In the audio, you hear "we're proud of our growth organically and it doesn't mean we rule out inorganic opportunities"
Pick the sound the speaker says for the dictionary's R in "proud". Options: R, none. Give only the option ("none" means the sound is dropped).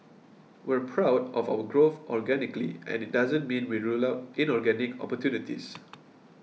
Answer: R